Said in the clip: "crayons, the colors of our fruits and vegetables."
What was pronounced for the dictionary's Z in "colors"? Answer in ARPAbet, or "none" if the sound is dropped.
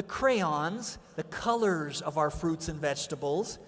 Z